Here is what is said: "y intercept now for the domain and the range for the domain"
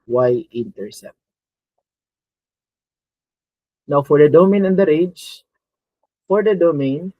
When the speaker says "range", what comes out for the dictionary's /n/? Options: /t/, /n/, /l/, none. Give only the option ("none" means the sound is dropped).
none